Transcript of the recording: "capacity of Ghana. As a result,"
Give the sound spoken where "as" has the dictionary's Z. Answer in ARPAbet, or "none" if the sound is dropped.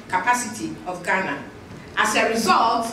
S